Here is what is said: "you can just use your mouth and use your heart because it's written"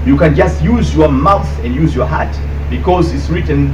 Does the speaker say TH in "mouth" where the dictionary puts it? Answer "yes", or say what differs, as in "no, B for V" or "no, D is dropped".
yes